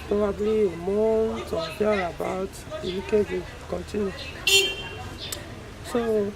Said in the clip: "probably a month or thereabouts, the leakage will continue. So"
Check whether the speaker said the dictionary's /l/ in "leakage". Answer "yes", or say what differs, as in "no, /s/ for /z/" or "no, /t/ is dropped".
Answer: no, /n/ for /l/